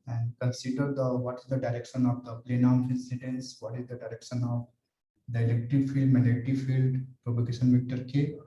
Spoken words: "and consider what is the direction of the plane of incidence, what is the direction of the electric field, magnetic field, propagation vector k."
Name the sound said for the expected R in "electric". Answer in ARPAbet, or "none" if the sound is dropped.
none